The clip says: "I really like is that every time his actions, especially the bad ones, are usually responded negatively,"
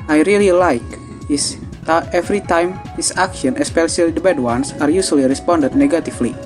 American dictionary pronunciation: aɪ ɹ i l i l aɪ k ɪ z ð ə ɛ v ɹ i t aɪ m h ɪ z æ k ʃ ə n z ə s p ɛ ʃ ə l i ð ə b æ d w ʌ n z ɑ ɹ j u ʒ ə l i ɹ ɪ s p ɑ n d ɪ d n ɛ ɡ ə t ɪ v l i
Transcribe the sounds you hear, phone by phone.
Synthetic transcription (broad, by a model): aɪ ɹ i l i l aɪ k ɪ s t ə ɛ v ɹ i t aɪ m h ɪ s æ k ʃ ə n ə s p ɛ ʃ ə l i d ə b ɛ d w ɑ n s ɑ ɹ j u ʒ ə l i ɹ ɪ s p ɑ n d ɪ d n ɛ ɡ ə t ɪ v l i